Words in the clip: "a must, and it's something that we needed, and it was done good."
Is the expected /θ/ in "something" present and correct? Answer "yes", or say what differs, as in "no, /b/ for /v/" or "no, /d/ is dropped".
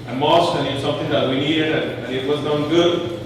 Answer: no, /t/ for /θ/